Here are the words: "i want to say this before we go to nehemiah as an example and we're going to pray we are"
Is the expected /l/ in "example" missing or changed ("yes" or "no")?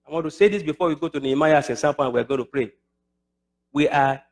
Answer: yes